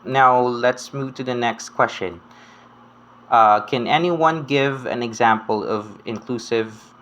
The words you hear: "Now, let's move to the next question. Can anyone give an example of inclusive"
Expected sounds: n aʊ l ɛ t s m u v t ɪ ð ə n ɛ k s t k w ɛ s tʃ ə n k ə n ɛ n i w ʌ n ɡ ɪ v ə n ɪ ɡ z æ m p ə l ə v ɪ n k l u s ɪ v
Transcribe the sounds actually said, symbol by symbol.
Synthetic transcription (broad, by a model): n aʊ l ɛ t s m u v t ɪ ð ə n ɛ k s t k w ɛ s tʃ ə n k ə n ɛ n i w ʌ n ɡ ɪ v ə n ɪ ɡ z æ m p ə l ə v ɪ n k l u s ɪ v